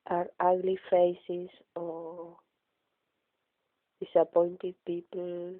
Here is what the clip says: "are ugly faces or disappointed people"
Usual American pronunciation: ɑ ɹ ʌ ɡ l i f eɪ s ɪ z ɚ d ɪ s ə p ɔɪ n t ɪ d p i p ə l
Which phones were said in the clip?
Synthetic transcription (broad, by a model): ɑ ɹ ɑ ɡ l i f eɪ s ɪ s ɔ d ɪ s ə p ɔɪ n t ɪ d p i p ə l